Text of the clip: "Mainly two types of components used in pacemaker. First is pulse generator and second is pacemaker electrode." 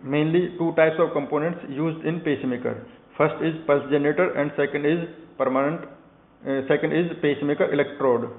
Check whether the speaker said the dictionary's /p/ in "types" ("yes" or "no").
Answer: yes